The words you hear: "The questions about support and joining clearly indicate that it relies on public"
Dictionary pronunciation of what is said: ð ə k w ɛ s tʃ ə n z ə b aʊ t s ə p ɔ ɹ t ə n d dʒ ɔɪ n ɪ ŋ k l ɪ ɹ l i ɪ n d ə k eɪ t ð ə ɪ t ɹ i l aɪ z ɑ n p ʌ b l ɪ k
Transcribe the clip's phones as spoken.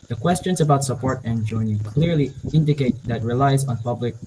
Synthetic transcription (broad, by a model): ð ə k w ɛ s tʃ ə n z ə b aʊ t s ə p ɔ ɹ t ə n dʒ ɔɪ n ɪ k l ɪ ɹ l i ɪ n d ə k eɪ t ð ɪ t ɹ i l aɪ z n p ʌ b l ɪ k